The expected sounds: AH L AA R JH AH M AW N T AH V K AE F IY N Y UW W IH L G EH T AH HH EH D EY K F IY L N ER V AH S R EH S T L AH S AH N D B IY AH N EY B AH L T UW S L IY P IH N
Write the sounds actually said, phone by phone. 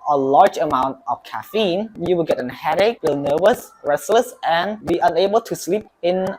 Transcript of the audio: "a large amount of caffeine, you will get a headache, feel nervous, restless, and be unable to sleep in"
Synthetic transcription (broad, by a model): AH L AA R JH AH M AW N T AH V K AE F IY N Y UW W IH L G EH T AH HH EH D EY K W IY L N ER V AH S R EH S L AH S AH N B IY AH N EY B AH L T UW S L IY P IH N